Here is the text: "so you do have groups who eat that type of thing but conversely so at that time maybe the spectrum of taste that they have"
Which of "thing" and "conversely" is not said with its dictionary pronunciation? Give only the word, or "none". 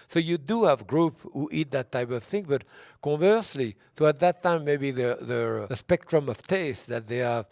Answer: none